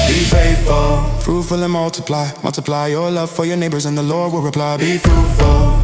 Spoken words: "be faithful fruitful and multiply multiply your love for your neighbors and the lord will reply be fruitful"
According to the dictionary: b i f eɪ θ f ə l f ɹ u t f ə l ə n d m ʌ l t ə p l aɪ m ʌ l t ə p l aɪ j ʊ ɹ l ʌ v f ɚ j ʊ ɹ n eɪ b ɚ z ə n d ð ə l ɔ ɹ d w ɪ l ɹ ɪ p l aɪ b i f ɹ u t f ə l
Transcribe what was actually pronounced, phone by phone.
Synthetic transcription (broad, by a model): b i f eɪ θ f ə l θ ɹ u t f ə l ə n m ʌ l t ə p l aɪ m ʌ l t ə p l aɪ j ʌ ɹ l ʌ v f ɚ j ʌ ɹ n eɪ b ɚ z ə n ð ə l ɔ ɹ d w ɪ l ɹ ɪ p l aɪ b i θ ɹ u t f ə l